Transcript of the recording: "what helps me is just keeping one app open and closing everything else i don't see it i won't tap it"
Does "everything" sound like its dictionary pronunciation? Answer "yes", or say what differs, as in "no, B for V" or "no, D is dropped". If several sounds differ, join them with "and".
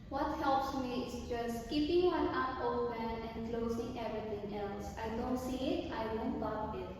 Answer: no, T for TH